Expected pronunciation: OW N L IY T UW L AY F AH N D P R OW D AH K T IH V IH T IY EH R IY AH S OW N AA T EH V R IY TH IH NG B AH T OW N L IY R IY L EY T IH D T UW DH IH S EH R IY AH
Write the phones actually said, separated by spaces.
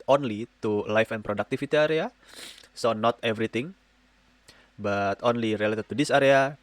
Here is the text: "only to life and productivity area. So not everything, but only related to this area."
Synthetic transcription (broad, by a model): OW N L IY T UW L AY F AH N P R OW D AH K T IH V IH T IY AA R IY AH S OW N AA T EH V R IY T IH NG B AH T OW N L IY R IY L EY T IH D T UW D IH S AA R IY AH